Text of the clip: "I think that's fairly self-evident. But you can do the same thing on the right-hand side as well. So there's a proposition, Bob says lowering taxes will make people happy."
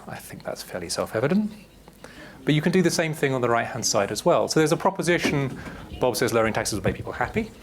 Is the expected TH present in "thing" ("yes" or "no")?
yes